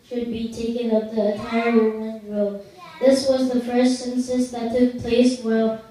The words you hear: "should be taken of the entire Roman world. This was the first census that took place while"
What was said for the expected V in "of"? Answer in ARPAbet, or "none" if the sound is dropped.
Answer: P